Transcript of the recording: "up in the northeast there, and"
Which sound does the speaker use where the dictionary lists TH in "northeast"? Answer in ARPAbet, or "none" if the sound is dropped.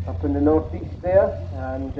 TH